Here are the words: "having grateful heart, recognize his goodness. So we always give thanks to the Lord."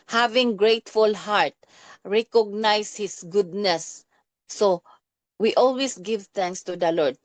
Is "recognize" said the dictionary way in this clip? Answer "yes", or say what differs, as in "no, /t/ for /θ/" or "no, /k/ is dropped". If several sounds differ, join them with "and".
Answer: no, /s/ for /z/